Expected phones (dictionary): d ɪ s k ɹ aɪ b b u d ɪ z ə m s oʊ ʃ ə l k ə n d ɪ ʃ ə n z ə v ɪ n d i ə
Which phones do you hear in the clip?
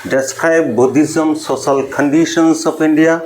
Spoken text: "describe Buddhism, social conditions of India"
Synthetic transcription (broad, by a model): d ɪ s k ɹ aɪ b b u d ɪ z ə m s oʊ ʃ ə l k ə n d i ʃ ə n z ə p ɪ n d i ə